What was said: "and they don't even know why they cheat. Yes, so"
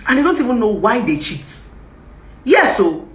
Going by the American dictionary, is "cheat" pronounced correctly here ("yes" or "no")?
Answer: yes